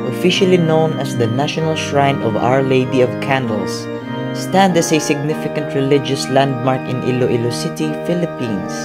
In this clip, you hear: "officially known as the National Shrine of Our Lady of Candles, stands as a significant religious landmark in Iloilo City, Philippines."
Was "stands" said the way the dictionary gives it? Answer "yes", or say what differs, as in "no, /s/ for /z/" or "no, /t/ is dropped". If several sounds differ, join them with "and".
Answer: no, /z/ is dropped